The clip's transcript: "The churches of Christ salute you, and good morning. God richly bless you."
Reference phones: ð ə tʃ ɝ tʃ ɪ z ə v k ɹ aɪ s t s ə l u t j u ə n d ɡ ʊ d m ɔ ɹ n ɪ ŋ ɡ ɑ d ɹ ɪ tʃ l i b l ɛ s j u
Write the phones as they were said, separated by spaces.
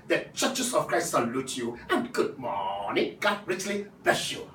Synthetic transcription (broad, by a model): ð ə tʃ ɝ tʃ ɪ s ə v k ɹ aɪ s t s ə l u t j u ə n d ɡ ʊ d m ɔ n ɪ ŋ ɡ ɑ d ɹ ɪ tʃ l i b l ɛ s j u